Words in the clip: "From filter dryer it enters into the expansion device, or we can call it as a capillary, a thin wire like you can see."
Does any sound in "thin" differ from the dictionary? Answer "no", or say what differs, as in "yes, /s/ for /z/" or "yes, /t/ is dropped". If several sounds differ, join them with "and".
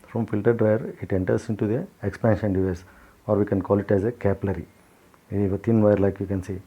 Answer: yes, /t/ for /θ/